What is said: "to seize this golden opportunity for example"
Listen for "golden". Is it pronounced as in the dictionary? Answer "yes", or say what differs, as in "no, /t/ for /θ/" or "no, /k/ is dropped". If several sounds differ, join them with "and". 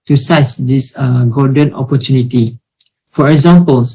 no, /l/ is dropped